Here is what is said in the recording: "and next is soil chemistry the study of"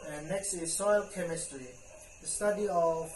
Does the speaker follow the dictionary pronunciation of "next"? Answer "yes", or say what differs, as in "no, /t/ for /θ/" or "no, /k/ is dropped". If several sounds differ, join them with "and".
yes